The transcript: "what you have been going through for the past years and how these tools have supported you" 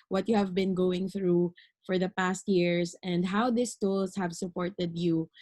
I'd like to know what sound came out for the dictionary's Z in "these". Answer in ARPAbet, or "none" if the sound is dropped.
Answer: S